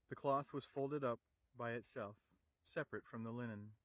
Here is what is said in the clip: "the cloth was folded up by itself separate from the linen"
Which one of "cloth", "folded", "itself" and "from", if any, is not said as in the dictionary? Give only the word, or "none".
none